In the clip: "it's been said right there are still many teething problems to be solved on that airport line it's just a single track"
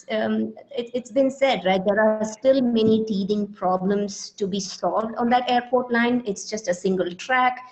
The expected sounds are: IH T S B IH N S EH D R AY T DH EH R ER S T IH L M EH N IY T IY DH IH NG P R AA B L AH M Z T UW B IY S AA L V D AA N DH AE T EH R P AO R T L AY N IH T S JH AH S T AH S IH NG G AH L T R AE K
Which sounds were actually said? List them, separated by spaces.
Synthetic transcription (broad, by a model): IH T S B IH N S EH D R AY T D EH R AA S T IH L M EH N IY T IY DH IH NG P R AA B L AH M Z T UW B IY S AA L V D AA N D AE T EH R P AO R T L AY N IH T S JH AH S T AH S IH NG G AH L T R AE K